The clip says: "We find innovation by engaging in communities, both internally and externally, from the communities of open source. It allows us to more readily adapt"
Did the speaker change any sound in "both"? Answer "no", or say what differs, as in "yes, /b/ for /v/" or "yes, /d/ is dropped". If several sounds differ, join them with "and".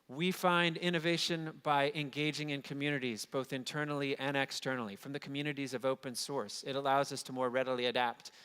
no